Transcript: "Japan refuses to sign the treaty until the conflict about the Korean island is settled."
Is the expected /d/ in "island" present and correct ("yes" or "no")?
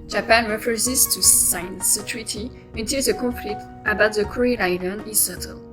no